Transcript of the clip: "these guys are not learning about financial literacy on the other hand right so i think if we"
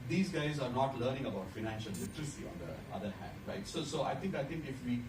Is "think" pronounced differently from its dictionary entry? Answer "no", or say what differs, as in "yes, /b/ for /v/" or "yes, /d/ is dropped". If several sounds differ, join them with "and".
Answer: yes, /t/ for /θ/